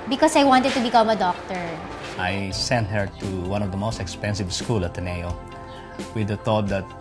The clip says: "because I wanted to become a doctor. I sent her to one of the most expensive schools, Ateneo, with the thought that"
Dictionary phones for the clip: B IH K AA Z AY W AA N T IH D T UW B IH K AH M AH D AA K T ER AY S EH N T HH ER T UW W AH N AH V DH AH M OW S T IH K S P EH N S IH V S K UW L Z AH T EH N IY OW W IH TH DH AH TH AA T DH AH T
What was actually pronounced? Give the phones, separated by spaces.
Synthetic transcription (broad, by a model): B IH K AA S AY W AA N T IH D T UW B IH K AH M AH D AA K T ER AY S EH N T HH ER T UW W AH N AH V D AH M OW S T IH K S P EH N S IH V S K UW L AH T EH N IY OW W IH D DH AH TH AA T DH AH T